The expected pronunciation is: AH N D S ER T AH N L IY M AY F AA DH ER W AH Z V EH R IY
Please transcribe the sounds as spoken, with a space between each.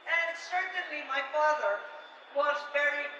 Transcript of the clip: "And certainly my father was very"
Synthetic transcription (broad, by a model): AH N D S ER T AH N L IY M AY F AA DH ER W AH Z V EH R IY